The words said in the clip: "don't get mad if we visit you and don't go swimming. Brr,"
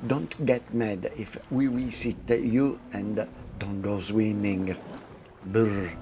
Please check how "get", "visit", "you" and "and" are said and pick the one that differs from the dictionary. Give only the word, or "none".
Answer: visit